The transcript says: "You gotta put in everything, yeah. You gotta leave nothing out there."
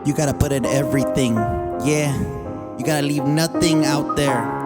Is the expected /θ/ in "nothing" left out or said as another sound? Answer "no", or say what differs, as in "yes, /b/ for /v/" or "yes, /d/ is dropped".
no